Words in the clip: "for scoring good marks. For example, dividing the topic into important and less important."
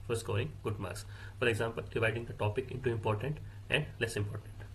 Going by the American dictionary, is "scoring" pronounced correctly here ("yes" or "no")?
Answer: no